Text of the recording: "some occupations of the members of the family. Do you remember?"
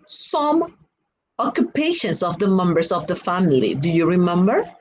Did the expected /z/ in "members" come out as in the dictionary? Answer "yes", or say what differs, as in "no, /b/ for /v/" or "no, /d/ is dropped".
no, /s/ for /z/